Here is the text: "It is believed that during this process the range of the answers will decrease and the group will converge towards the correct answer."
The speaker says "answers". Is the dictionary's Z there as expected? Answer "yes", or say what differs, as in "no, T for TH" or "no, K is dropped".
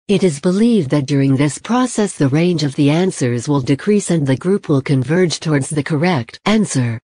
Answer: yes